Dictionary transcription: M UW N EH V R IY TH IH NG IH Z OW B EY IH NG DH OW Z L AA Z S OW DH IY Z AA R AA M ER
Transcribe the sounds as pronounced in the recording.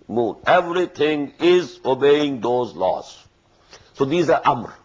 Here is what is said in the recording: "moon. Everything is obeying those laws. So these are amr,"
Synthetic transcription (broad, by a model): M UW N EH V R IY T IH NG IH Z OW B EY IH NG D OW Z L AA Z S OW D IY Z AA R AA M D